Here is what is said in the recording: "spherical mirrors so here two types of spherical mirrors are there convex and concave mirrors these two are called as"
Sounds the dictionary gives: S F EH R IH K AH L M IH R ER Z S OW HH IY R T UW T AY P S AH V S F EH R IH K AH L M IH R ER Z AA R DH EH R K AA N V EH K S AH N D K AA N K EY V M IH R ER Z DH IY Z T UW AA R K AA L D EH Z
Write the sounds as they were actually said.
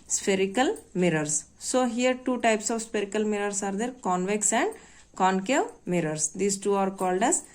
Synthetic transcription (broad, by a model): S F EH R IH K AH L M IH R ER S S OW HH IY R T UW T AY P S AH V S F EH R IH K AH L M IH R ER S AA R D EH R K AA N V EH K S AH N D K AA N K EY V M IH R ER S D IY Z T UW AA R K AA L D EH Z